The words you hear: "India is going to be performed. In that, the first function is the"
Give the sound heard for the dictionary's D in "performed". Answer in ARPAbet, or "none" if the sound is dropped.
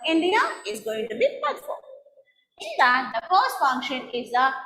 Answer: none